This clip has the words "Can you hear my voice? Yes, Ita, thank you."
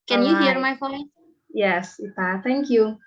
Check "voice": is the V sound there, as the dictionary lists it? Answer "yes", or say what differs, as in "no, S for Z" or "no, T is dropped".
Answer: no, F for V